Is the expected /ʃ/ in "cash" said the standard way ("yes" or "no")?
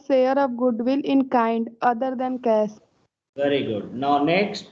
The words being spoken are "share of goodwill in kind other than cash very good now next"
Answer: no